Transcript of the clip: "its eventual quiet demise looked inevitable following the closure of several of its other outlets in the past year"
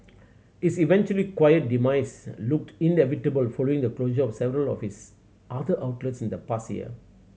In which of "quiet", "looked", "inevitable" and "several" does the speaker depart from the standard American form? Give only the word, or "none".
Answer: none